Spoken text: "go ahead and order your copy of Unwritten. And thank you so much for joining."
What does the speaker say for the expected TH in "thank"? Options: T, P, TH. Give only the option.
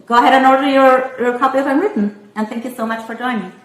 TH